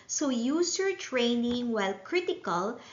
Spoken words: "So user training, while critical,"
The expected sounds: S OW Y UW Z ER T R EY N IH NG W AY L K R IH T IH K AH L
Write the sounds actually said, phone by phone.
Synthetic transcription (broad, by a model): S OW Y UW S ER T R EY N IH NG W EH L K R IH T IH K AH L